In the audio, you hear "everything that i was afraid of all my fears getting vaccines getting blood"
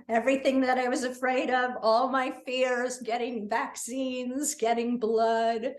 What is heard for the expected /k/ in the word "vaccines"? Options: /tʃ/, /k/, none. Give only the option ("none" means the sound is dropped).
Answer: /k/